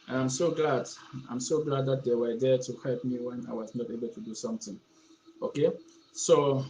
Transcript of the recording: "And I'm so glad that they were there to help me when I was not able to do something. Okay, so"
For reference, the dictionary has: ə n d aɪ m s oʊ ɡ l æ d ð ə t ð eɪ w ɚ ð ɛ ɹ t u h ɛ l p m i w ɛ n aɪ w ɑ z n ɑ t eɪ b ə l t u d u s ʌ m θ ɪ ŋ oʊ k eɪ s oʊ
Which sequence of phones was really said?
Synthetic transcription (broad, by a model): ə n d aɪ m s oʊ ɡ l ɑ d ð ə t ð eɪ w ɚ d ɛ t u h ɛ l p m i w ɛ n aɪ w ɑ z n ɑ t eɪ b ə l t u d u s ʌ m t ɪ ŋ oʊ k eɪ s oʊ